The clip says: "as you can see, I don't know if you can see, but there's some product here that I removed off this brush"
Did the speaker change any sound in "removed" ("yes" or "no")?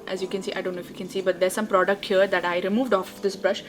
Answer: no